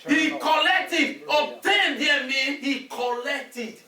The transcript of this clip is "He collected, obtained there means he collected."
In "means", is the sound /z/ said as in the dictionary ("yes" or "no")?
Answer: no